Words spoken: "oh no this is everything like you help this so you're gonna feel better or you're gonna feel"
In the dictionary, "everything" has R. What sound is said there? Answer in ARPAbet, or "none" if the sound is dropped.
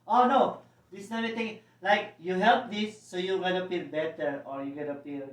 none